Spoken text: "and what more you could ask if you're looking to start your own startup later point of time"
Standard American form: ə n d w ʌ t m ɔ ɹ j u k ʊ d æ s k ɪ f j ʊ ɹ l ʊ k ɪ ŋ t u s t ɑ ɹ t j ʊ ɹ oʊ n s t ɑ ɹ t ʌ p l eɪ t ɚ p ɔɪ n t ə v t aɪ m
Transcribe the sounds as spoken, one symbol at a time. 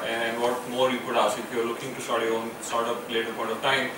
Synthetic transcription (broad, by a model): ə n d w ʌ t m ɔ ɹ j u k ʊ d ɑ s ɪ f j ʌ ɹ l ʊ k ɪ ŋ t u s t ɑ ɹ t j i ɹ oʊ n s t ɑ ɹ t ʌ p l eɪ t ɚ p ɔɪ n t ə v t aɪ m